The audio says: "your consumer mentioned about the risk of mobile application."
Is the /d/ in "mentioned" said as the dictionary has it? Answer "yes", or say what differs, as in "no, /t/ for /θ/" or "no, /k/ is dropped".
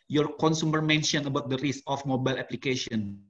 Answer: no, /d/ is dropped